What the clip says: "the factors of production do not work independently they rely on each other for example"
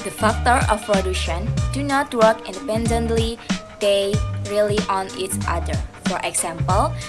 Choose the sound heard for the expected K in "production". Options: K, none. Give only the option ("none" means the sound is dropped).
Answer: none